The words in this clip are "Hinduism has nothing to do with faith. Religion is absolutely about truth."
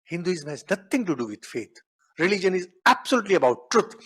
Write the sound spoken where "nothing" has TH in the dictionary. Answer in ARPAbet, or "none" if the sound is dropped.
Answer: T